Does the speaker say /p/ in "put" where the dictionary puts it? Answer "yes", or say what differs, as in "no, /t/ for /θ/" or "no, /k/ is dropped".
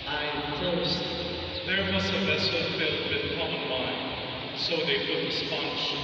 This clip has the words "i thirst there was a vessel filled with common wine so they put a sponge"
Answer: no, /f/ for /p/